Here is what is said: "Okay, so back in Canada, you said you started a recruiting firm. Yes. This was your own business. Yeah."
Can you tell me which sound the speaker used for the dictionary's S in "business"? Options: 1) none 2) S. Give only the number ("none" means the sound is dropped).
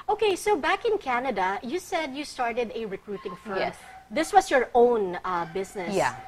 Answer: 1